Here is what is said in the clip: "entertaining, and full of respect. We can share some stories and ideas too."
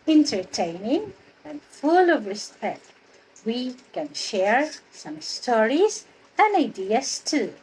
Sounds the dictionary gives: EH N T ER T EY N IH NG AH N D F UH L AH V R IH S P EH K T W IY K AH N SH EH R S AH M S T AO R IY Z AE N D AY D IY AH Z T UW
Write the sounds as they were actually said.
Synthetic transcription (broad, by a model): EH N T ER T EY N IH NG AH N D F UH L AH V R IH S P EH K T W IY K AH N SH EH R S AH M S T AO R IY Z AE N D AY D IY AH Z T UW